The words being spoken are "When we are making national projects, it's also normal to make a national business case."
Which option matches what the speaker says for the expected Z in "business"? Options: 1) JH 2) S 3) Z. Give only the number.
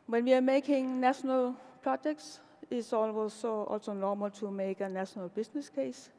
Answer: 2